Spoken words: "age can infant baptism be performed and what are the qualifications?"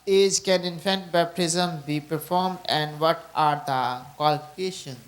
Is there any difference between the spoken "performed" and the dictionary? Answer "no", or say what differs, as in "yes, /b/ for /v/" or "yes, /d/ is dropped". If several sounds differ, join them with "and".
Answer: no